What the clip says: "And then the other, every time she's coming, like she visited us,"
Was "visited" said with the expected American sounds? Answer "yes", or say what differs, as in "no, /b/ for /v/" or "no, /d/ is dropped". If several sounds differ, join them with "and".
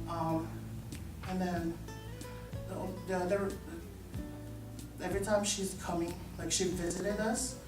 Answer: yes